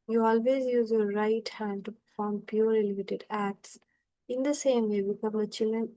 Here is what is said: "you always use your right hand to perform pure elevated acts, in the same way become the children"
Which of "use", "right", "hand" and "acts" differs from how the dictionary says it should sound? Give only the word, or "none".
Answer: none